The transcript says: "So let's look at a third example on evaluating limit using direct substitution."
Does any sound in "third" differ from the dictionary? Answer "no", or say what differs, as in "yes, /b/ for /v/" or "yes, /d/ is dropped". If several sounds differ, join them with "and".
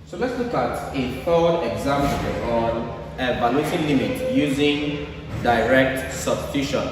yes, /f/ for /θ/